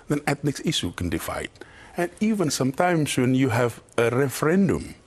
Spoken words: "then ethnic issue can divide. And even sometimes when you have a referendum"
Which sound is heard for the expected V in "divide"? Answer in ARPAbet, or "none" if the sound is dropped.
F